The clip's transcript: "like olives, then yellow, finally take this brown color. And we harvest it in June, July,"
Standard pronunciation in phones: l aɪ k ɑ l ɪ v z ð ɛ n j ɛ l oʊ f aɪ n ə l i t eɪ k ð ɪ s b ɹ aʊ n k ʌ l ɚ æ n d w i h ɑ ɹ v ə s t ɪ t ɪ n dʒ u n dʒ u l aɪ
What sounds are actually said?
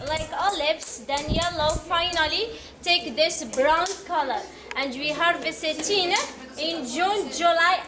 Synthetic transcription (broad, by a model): l aɪ k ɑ l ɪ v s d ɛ n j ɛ l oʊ f aɪ n ə l i t eɪ k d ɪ s b ɹ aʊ n k ʌ l ɚ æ n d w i h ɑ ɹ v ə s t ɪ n ɪ n dʒ u n dʒ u l aɪ